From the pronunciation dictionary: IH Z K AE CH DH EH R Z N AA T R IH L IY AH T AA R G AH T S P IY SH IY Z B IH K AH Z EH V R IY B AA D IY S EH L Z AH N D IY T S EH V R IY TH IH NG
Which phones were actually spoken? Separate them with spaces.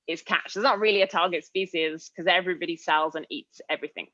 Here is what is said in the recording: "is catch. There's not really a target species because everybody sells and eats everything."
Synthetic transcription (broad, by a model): IH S K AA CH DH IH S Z N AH T R IH L IY AH T AA G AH T S P IY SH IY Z K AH Z EH V R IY B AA D IY S EH L Z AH N IY T S EH V R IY TH IH NG